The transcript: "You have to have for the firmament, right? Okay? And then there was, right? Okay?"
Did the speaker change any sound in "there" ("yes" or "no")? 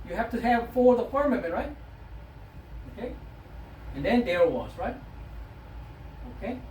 yes